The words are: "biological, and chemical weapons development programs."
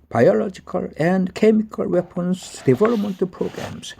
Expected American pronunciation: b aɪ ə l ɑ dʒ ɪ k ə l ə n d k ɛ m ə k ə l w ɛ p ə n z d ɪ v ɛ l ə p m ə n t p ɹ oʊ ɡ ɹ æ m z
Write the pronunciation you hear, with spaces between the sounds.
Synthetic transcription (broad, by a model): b aɪ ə l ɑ dʒ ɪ k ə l ə n d k ɛ m ə k ə l w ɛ p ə n s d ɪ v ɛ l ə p m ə n t p ɹ oʊ ɡ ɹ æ m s